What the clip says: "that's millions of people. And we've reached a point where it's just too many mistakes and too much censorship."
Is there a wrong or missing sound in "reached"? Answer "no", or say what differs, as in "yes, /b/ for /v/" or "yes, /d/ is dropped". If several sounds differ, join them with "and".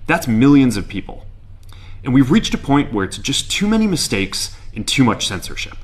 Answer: no